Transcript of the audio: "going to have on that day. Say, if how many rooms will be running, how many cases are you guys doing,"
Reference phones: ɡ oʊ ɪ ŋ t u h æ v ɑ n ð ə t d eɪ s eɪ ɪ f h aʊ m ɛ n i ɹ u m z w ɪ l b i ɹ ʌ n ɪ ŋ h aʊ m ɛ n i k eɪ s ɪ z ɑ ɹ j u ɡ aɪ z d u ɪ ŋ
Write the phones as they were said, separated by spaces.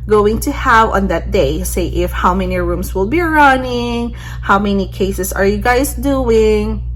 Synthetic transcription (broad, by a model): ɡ oʊ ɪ ŋ t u h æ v ɑ n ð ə t d eɪ s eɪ ɪ f h aʊ m ɛ n i ɹ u m s w ɪ l b i ɹ ʌ n ɪ ŋ h aʊ m ɛ n i k eɪ s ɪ s ɑ ɹ j u ɡ aɪ s d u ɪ ŋ